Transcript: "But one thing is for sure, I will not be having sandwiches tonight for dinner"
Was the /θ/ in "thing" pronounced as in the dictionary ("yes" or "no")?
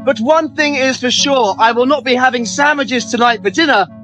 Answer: yes